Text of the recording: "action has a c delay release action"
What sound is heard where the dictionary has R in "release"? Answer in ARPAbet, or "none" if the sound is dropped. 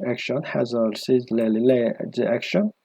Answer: L